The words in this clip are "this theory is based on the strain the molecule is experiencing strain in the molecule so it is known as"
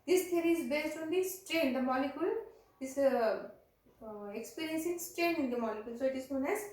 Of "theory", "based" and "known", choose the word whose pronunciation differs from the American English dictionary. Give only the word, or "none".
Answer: theory